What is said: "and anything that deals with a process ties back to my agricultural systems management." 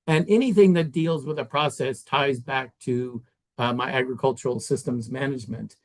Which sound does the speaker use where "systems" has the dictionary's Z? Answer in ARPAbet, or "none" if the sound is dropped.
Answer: Z